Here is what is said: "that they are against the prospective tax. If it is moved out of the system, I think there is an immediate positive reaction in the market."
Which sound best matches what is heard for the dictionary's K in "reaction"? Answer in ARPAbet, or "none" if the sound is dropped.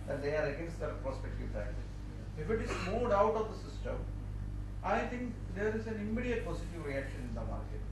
K